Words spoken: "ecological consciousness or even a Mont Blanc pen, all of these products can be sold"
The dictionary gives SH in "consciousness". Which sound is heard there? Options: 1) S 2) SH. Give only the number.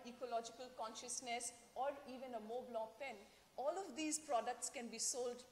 2